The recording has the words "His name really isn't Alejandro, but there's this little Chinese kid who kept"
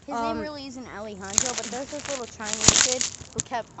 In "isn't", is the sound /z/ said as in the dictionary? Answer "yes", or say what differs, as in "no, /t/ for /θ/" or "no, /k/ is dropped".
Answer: yes